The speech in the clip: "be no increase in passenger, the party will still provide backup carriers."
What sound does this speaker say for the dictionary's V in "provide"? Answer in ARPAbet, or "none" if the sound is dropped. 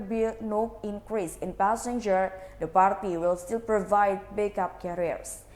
V